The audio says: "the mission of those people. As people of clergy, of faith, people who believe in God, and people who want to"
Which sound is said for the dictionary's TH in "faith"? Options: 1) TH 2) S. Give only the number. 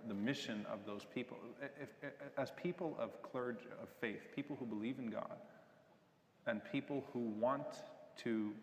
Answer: 1